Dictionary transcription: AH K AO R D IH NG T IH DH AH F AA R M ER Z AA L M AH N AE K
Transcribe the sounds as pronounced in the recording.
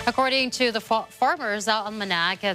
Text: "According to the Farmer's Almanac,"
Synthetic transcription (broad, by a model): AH K AO R D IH NG T IH DH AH F AA R M ER Z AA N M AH N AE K